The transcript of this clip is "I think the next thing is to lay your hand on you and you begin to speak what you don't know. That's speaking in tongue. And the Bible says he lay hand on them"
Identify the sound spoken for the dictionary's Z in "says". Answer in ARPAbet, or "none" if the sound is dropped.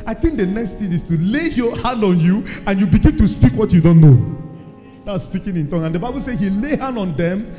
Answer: none